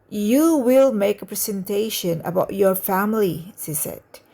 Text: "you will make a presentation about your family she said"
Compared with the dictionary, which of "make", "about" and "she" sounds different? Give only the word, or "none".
she